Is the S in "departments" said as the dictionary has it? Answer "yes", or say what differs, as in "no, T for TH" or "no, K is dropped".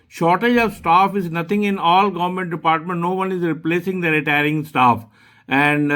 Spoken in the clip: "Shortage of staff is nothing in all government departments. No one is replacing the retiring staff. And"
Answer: no, S is dropped